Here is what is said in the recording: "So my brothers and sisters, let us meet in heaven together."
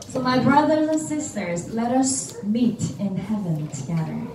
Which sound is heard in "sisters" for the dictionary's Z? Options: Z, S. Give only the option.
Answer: Z